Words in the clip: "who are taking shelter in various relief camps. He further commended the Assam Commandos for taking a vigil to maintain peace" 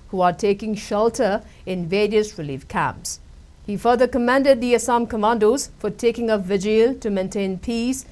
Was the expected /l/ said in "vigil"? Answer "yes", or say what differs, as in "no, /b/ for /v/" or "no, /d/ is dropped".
yes